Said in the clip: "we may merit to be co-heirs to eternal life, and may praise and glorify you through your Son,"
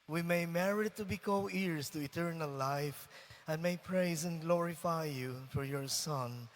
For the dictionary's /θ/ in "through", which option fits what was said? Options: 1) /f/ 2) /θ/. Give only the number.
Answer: 1